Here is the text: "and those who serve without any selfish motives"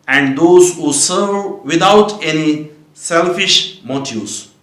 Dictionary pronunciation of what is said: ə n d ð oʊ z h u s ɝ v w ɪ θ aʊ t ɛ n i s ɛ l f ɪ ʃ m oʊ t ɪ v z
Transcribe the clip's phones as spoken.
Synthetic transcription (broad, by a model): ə n d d oʊ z h u s ɝ v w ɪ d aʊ t ɛ n i s ɛ l f ɪ ʃ m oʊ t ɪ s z